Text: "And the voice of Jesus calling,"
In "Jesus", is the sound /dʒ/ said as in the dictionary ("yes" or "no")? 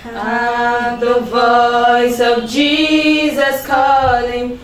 yes